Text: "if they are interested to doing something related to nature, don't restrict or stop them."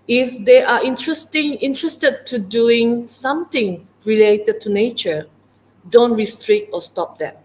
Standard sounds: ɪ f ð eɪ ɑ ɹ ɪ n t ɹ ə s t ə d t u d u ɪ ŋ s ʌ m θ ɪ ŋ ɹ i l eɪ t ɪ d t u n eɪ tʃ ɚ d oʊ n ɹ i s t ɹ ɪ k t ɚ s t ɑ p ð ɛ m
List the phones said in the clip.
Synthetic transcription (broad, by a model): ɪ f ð eɪ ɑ ɹ ɪ n t ɹ ə s t ə d t u d u ɪ ŋ s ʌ m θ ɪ ŋ ɹ i l eɪ t ɪ d t u n eɪ tʃ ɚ d oʊ n ɹ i s t ɹ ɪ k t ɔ s t ɑ p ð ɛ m